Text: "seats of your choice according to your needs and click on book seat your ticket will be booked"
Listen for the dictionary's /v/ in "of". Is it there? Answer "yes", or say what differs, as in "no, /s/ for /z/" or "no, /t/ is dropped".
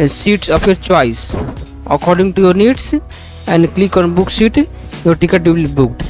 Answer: no, /p/ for /v/